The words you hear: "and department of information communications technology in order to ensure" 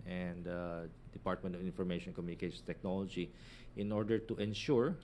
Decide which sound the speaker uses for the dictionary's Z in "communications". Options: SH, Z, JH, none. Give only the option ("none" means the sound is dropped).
none